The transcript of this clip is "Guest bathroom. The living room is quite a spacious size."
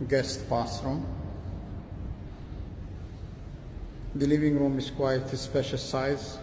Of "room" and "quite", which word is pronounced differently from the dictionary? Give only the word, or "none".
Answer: none